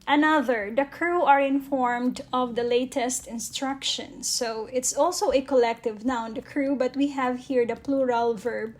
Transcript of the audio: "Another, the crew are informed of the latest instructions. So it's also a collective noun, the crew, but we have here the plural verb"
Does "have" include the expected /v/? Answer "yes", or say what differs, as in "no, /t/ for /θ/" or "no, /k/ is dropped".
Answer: yes